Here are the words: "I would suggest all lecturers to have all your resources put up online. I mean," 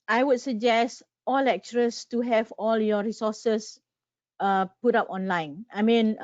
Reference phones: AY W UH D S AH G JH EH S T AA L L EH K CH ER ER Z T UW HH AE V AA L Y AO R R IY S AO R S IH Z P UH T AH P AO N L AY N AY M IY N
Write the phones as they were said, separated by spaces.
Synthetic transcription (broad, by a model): AY W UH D S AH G JH EH S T AA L L EH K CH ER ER S T UW HH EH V AA L Y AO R R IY S AO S S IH P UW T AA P AO N L AY N AY M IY N